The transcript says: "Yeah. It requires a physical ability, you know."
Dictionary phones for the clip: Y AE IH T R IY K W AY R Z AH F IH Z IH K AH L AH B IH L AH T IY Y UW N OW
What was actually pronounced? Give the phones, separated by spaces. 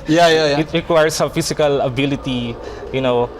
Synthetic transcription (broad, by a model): Y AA IH T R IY K W AY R S AH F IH S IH K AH L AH B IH L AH T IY Y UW N OW